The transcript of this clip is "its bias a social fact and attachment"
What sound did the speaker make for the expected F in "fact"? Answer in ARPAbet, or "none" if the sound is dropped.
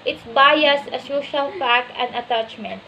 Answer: P